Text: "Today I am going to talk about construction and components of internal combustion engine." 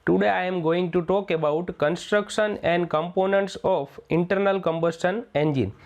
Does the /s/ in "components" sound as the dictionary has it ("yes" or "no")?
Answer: yes